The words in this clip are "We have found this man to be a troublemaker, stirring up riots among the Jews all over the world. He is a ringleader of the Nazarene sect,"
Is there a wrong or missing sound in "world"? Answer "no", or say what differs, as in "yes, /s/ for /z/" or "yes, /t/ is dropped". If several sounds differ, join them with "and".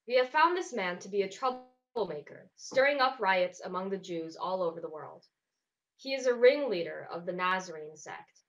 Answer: no